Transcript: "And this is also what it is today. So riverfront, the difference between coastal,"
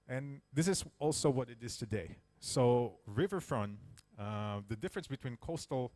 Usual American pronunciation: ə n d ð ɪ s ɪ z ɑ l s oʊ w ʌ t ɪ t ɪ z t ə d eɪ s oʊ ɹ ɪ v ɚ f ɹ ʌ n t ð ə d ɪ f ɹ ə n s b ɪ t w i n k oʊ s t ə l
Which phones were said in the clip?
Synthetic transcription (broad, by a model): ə n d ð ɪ s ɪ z ɑ l s oʊ w ʌ t ɪ t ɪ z t ə d eɪ s oʊ ɹ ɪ v ɚ f ɹ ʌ n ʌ ð ə d ɪ f ɹ ə n s b ɪ t w i n k oʊ s t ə l